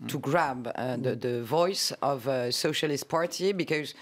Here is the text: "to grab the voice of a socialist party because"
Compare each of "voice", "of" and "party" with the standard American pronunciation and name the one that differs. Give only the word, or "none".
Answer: none